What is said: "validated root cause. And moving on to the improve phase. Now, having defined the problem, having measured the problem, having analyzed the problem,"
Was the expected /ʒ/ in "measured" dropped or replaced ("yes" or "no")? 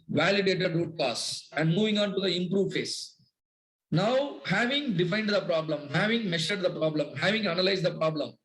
yes